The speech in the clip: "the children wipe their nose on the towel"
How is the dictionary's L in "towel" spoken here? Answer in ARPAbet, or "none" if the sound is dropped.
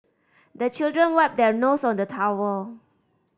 W